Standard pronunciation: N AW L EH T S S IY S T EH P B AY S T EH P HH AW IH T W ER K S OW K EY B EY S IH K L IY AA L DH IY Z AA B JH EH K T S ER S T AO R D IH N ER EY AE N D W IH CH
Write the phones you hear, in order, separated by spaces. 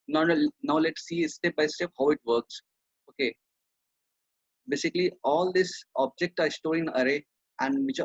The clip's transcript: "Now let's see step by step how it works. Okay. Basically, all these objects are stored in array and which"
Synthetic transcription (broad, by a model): N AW L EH T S S IY S T EH P B AY S T EH P HH AW IH T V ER K S OW K EY B EY S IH K L IY AA L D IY S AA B JH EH K T ER S T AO IH N ER EY AE N D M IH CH